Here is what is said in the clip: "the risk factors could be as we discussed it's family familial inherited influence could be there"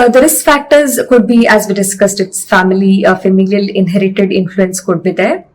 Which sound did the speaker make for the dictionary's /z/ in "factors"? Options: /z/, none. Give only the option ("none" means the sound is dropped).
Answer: /z/